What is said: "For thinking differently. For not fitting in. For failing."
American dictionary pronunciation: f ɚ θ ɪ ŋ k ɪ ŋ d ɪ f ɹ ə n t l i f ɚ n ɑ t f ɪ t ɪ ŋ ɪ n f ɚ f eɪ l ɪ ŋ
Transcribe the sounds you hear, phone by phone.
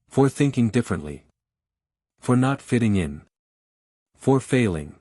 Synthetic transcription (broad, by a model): f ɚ θ ɪ ŋ k ɪ ŋ d ɪ f ɹ ə n t l i f ɚ n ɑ t f ɪ t ɪ ŋ ɪ n f ɚ f eɪ l ɪ ŋ